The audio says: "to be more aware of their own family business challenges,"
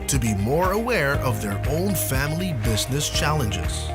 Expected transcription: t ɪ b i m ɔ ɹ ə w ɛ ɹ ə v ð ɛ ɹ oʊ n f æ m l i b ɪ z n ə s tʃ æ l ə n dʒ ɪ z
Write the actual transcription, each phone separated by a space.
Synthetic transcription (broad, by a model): t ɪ b i m ɔ ɹ ə w ɛ ɹ ə v ð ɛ ɹ oʊ n f æ m l i b ɪ z n ə s tʃ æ l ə n dʒ ɪ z